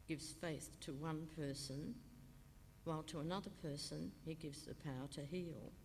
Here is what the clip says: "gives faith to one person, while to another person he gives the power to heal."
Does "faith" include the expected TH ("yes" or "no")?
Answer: yes